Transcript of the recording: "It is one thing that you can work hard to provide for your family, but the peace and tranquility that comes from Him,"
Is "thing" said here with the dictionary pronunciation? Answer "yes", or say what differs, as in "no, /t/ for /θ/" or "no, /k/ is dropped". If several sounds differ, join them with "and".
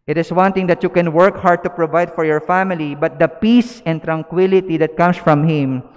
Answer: no, /t/ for /θ/